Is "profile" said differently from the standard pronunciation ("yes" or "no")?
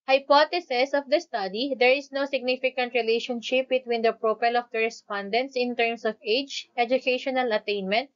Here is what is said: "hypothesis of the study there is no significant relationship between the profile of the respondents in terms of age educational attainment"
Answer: yes